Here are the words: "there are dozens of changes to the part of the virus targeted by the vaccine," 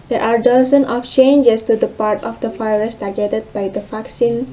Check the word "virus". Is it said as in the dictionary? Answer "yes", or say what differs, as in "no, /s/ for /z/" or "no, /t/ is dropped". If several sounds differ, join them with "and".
no, /f/ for /v/